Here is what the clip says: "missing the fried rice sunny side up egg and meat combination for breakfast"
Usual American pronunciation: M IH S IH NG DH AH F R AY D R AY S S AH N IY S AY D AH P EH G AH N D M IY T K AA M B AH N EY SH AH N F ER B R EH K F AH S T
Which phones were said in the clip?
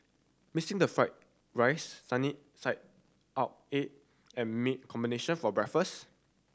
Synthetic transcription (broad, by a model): M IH S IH NG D AH F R AY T R AY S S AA N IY S AY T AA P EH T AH N M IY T K AA M B AH N EY SH AH N F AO B R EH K F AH S